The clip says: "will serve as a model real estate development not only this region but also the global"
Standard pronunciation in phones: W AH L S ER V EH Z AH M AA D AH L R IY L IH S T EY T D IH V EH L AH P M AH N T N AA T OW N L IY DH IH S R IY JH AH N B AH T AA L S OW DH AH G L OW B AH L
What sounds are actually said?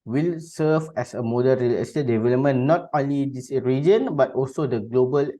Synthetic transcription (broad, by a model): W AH L S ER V EH S AH M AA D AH N R IY L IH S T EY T D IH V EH L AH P M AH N N AA T OW N L IY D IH S R IY JH AH N B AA T AA L S OW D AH G L OW B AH L